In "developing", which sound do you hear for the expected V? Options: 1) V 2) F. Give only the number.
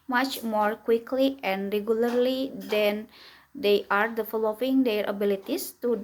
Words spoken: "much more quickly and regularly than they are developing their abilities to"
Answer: 2